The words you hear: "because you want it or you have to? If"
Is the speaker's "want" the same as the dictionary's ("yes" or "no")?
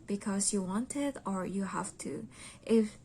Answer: yes